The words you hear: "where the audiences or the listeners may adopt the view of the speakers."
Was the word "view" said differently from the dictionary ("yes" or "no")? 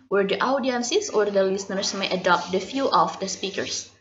yes